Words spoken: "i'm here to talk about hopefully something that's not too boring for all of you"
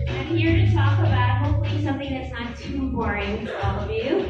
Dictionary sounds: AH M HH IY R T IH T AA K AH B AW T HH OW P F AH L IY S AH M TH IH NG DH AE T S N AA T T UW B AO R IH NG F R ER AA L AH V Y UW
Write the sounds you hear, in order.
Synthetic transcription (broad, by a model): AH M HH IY R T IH T AA K AH B AW T HH OW P F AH L IY S AH M TH IH NG DH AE T S N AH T T UW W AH R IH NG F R AA L AH V Y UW